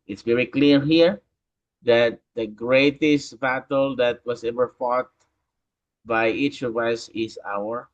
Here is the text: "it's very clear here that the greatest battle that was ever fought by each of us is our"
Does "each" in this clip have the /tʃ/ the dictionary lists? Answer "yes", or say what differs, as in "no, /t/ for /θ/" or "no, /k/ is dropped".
yes